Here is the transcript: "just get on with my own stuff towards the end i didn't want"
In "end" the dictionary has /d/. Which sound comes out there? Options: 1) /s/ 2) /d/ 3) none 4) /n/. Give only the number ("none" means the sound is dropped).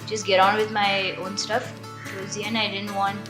3